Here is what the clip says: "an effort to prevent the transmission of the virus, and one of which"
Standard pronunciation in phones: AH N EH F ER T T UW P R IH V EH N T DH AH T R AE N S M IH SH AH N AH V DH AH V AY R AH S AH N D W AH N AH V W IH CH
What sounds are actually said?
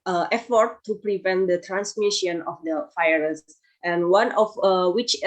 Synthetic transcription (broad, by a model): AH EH F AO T T UW P R IH V EH N T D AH T R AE N S M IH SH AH N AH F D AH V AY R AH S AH N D W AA N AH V W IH CH